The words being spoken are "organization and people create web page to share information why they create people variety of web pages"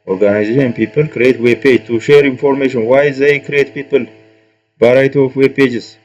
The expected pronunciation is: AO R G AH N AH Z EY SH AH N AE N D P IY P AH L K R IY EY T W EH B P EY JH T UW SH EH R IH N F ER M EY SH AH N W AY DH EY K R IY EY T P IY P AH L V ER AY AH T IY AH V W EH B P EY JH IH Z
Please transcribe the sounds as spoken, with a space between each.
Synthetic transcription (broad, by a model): AO R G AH N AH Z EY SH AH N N P IY P AH L K R IY EY T W EH B P EY JH T UW SH EH R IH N F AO M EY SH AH N W AY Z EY K R IY EY T P IY P AH L B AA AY T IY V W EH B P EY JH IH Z